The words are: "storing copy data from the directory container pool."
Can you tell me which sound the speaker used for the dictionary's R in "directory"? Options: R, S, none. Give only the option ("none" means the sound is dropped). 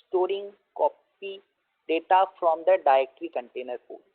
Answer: none